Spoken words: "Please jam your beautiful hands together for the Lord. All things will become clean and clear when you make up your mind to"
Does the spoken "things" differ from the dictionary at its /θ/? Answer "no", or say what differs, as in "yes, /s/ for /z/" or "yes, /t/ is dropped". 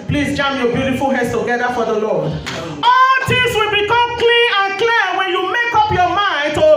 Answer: yes, /t/ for /θ/